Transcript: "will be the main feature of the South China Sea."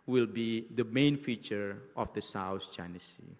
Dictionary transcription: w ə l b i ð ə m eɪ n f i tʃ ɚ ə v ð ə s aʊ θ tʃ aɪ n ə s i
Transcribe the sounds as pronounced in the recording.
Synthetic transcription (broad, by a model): w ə l b i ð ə m eɪ n f i tʃ ɚ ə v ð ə s aʊ s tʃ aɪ n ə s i